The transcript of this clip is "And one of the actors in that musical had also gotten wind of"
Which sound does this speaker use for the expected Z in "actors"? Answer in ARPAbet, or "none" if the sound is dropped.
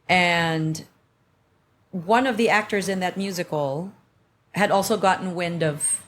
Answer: Z